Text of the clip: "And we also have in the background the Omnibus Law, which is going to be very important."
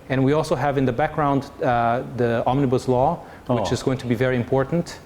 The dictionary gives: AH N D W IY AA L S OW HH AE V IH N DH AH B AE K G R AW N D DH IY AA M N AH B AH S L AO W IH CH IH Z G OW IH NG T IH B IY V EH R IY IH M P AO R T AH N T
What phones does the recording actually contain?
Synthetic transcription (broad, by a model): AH N W IY AA L S OW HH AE V IH N DH AH B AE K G R AW N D DH IY AA M N AH B AH S L AO W IH CH IH Z G OW IH NG T IH B IY V EH R IY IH M P AO R T N T